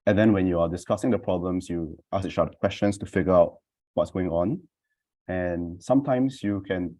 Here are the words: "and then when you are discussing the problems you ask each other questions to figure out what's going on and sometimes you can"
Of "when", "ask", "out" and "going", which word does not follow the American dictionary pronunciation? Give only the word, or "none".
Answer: ask